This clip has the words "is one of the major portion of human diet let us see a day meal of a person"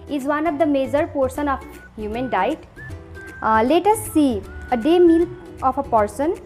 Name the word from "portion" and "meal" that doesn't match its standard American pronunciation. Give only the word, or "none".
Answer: portion